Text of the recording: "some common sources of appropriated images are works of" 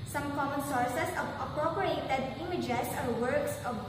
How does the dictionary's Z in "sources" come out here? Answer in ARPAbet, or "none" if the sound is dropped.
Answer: S